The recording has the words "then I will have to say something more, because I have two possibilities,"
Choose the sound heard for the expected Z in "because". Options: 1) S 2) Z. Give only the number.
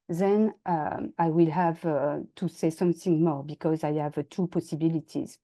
2